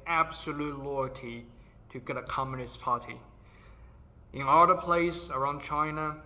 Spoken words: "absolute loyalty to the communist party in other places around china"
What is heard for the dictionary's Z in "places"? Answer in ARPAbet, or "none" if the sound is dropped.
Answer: S